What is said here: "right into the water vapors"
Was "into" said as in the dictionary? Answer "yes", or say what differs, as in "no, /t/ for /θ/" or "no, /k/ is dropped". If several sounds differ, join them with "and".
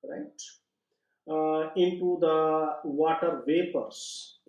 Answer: yes